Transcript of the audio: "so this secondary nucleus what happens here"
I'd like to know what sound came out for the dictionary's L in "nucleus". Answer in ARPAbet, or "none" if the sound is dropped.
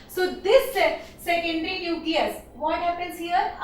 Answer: none